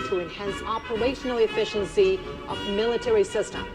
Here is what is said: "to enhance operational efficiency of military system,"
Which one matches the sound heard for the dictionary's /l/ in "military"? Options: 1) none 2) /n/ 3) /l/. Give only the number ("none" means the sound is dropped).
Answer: 3